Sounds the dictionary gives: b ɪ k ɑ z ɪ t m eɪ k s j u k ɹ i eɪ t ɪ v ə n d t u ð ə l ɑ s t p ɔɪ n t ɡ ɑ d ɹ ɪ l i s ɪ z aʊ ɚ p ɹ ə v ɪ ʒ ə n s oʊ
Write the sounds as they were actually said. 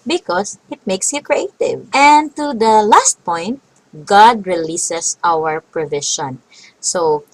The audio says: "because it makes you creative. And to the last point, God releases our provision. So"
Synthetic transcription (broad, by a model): b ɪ k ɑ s ɪ t m eɪ k s j u k ɹ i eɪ t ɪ v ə n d t u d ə l ɑ s t p ɔɪ n t ɡ ɑ d ɹ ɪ l i s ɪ s aʊ ɚ p ɹ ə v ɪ ʃ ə n s oʊ